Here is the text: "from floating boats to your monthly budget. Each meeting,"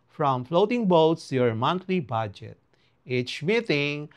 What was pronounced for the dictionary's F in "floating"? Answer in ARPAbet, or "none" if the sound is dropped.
F